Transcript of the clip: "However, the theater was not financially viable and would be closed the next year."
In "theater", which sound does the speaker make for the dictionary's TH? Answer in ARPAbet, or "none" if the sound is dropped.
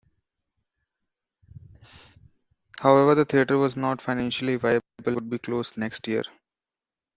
T